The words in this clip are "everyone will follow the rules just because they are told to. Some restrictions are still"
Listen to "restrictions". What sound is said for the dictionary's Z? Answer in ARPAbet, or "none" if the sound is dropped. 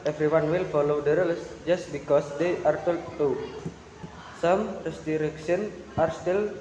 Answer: none